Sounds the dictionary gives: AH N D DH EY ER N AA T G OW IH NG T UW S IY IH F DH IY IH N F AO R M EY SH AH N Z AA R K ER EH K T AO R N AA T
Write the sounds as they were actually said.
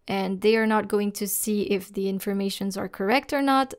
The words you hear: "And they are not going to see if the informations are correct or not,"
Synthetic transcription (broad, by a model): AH N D DH EY ER N AA T G OW IH NG T UW S IY IH F DH IY IH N F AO R M EY SH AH N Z AA R K ER EH K T AO R N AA T